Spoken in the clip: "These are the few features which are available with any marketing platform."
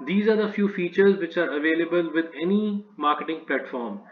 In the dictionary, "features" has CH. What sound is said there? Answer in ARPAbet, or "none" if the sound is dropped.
CH